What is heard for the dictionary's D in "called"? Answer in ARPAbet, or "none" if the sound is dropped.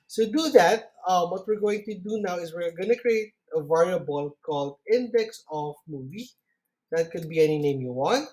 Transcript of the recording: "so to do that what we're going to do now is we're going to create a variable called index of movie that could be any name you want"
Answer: D